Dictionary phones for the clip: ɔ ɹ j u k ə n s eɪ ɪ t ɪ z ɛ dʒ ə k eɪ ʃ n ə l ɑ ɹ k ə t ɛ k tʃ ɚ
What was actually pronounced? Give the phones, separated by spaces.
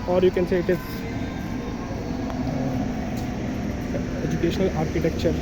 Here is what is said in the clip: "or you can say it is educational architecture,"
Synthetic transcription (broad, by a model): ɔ ɹ j u k ə n s eɪ ɪ t ɪ z ɛ dʒ ə k eɪ ʃ n ə l ɑ ɹ k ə t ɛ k tʃ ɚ